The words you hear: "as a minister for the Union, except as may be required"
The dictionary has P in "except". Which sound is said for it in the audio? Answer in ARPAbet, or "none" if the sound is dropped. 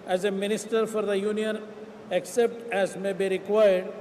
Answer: P